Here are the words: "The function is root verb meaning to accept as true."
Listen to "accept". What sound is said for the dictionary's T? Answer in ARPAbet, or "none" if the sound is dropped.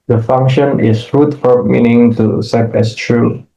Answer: none